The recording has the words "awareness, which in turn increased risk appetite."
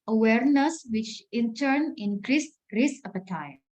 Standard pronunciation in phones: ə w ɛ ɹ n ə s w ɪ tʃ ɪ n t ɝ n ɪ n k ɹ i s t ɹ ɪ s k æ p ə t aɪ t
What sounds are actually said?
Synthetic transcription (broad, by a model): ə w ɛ ɹ n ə s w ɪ tʃ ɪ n t ɝ n ɪ n k ɹ i s t ɹ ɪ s ʌ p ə t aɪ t